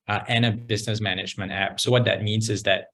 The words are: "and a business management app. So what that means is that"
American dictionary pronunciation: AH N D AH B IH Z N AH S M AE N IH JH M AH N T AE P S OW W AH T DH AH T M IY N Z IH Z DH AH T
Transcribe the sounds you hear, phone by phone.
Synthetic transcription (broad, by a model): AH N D AH B IH Z N AH S M AE N IH JH M AH N T AE P S OW W AH T DH AH T M IY N Z IH Z DH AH T